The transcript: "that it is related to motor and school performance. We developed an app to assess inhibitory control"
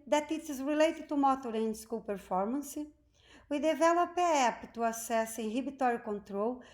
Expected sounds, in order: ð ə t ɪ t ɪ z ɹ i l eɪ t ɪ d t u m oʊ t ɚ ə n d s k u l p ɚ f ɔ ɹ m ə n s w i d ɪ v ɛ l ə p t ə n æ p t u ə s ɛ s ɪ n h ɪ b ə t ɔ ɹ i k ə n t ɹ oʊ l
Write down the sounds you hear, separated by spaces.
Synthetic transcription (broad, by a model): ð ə t ɪ t ɪ z ɹ i l eɪ t ɪ d t u m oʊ t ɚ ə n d s k u l p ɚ f ɔ ɹ m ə n s w i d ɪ v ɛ l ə p ə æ p t u ə s ɛ s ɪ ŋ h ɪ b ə t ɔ ɹ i k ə n t ɹ oʊ l